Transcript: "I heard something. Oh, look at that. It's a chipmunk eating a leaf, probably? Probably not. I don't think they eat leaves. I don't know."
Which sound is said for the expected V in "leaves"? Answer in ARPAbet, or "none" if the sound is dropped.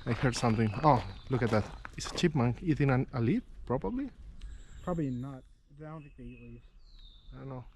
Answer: none